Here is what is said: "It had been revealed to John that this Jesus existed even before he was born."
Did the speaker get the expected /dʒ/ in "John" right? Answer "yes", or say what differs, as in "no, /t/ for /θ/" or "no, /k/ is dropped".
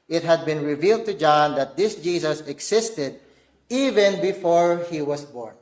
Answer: yes